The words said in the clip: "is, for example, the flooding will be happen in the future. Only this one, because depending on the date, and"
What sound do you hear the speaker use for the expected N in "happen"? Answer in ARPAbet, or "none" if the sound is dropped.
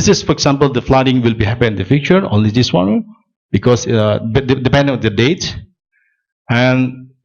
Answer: none